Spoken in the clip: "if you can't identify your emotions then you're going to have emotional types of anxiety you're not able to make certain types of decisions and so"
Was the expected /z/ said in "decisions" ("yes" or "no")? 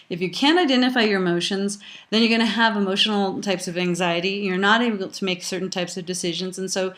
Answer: yes